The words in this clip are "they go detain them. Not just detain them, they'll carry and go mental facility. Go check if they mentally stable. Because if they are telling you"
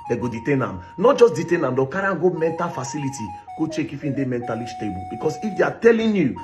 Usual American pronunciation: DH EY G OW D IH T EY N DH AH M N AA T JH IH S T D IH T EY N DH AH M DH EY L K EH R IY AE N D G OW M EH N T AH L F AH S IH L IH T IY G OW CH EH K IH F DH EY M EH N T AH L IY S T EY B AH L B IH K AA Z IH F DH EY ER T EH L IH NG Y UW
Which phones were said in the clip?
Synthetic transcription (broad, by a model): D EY G OW D IH T EY N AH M N AA T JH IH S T D IH T EY N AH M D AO K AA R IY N G OW M EH N T AH L F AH S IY L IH T IY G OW CH EH K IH F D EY M EH N T AH L IY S T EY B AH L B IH K AA S IH F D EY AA T EH L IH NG Y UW